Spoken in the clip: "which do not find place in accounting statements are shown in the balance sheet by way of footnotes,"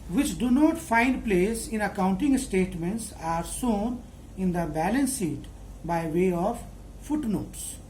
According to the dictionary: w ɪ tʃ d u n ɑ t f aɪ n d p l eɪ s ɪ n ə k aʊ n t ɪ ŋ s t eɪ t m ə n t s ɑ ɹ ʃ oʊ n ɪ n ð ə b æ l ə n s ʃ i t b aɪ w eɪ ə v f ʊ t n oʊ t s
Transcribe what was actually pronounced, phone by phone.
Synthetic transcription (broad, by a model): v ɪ tʃ d u n ɑ t f aɪ n d p l eɪ s ɪ n ə k aʊ n t ɪ ŋ s t eɪ t m ə n t s ɑ ɹ s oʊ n ɪ n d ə b æ l ə n s i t b aɪ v eɪ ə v f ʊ t n oʊ t s